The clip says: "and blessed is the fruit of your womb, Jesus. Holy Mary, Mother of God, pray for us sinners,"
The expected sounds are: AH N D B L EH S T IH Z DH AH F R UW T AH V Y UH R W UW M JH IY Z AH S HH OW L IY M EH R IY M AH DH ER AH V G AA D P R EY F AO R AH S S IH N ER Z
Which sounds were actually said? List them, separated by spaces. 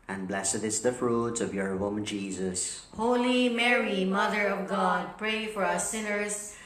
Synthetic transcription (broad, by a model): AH N B L EH S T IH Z DH AH F R UW T AH V Y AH R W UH M JH IY Z AH S HH OW L IY M EH R IY M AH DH ER AH V G AA D P R EY F AO R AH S S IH N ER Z